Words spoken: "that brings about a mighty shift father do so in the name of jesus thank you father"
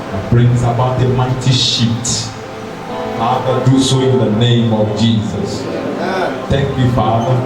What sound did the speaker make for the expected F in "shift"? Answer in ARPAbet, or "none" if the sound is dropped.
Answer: none